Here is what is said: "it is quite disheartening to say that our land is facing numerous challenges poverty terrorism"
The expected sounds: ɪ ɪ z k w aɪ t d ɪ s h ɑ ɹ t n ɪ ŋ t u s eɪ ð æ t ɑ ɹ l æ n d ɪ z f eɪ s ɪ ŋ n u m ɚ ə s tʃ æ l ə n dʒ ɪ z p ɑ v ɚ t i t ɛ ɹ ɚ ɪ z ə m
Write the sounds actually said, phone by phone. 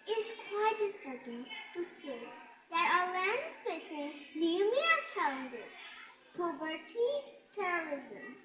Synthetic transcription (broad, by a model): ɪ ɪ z k w aɪ t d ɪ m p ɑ ɹ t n t u s eɪ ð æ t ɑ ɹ l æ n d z p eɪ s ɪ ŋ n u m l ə tʃ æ l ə n dʒ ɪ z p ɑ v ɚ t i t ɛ ɹ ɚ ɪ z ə m